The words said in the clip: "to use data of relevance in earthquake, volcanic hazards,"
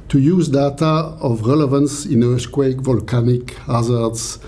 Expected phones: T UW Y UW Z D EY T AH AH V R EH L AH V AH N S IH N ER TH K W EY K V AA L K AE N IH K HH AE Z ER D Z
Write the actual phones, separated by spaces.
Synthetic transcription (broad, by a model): T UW Y UW Z D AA T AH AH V R EH L AH V AH N S IH N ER S K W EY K V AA L K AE N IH K HH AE Z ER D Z